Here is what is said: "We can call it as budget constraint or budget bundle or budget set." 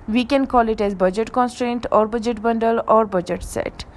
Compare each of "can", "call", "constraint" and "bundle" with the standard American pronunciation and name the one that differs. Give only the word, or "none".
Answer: none